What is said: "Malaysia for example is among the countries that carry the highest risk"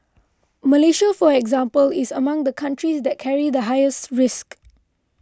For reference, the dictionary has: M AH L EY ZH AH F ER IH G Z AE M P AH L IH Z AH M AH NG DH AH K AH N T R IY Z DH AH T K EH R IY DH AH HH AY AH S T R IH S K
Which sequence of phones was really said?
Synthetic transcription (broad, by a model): M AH L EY SH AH F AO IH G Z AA M P AH L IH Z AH M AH NG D AH K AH N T R IY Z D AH T K EH R IY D AH HH AY AH S T R IH S K